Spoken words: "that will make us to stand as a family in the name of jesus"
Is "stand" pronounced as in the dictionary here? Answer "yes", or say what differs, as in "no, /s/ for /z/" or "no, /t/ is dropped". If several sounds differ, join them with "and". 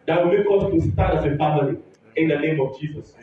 no, /n/ is dropped